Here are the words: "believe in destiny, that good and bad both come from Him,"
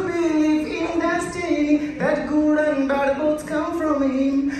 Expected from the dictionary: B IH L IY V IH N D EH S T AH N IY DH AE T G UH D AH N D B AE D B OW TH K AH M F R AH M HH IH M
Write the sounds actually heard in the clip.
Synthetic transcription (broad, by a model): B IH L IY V IH N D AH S T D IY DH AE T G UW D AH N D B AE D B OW T K AH M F R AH M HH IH M